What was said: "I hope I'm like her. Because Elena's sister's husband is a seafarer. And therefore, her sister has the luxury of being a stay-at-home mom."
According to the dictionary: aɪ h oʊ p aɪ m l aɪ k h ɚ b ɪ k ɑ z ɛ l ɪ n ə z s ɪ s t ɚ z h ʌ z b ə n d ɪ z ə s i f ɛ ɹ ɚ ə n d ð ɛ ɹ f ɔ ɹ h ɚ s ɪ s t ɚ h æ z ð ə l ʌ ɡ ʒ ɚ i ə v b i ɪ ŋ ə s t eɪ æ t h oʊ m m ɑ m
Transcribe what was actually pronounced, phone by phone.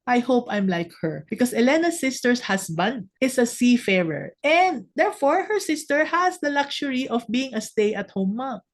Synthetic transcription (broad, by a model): aɪ h oʊ p aɪ m l aɪ k h ɚ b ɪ k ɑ s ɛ l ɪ n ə s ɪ s t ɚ s h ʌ s b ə n d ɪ s ə s i f ɛ ɹ ɚ ə n d ɛ ɹ f ɔ ɹ h ɚ s ɪ s t ɚ h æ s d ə l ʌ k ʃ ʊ i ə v b i ɪ ŋ ə s t eɪ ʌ t h oʊ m m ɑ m